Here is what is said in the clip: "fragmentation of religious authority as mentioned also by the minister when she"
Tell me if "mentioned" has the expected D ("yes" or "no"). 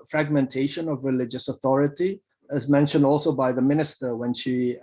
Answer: yes